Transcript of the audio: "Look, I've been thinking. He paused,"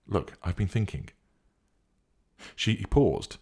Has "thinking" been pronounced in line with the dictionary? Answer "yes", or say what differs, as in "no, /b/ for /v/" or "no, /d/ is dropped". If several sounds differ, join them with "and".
yes